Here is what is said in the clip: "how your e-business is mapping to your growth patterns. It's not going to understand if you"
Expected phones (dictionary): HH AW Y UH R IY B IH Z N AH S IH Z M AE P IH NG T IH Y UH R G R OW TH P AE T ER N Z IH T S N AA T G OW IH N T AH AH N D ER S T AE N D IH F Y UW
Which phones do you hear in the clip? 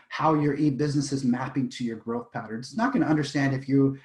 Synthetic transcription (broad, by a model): HH AW Y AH R IY B IH Z N AH S IH Z M AE P IH NG T IH Y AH R G R OW TH P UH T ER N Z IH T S N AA T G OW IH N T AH AH N D ER S T AE N D IH F Y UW